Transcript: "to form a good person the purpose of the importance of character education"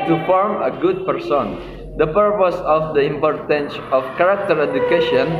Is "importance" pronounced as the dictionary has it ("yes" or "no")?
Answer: yes